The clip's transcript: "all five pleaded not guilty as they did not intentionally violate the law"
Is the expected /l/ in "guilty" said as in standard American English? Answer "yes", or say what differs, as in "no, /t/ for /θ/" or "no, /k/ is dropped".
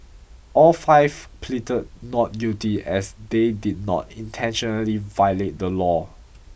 no, /l/ is dropped